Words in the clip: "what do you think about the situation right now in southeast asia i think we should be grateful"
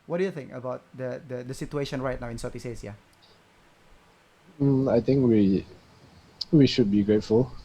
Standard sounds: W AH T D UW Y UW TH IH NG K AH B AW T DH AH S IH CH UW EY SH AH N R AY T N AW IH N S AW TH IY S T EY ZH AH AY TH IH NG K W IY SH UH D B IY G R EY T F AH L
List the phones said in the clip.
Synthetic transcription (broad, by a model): W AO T D UW Y UW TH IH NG K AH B AW T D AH S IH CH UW EY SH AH N R AY T N AW IH N S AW T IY S EY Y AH AY T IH NG K W IY SH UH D B IY G R EY T F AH L